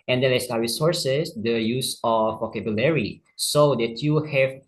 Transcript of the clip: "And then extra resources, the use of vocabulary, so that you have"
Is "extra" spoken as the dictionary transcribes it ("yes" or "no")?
no